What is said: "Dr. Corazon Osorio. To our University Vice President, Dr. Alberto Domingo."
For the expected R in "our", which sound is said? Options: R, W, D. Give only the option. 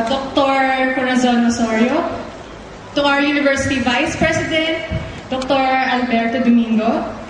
W